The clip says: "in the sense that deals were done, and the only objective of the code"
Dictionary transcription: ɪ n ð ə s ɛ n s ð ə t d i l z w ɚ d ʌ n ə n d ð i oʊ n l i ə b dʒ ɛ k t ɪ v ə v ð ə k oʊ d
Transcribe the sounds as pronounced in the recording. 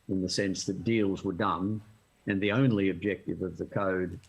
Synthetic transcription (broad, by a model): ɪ n ð ə s ɛ n s ð ə t d i l z w ɚ d ʌ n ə n ð i oʊ n l i ə b dʒ ɛ k t ɪ v ə v ð ə k oʊ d